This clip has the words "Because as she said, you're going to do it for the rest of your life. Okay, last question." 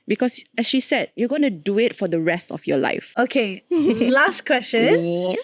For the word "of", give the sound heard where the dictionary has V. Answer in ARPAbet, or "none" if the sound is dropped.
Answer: F